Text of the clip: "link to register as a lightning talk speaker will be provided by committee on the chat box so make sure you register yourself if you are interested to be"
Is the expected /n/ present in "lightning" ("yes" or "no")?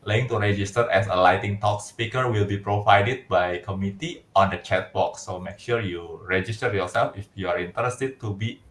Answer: no